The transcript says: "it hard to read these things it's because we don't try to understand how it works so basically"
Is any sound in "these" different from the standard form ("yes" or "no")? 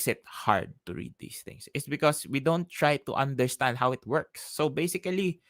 yes